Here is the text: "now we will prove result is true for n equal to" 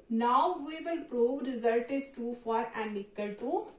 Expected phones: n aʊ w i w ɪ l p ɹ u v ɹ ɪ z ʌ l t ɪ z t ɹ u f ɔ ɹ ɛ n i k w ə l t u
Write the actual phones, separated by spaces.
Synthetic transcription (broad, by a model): n aʊ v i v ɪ l p ɹ u v ɹ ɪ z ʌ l t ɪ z t u f ɔ ɹ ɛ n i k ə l t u